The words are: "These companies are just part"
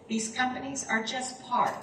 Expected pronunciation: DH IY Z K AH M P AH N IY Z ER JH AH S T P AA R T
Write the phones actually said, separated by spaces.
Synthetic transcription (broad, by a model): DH IY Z K AH M P AH N IY Z ER JH AH S T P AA R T